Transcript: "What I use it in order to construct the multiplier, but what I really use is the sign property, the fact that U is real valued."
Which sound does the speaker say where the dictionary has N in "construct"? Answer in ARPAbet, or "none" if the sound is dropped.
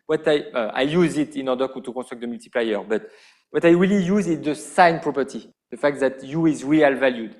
none